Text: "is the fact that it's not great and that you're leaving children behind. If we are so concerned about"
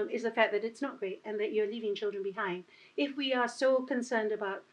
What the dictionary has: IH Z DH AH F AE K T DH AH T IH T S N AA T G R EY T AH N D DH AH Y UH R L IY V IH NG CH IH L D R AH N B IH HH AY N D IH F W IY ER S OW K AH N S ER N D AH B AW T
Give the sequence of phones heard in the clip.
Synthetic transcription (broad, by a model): IH Z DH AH F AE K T DH AH T IH T S N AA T G R EY T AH N DH AH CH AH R L IY V IH NG CH IH L D R AH N B IH HH AY N D IH F W IY ER S OW K AH N S ER N D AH B AW T